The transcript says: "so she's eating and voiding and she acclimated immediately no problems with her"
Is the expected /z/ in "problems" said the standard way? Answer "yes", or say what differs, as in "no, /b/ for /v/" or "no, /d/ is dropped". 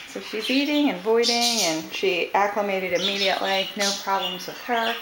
yes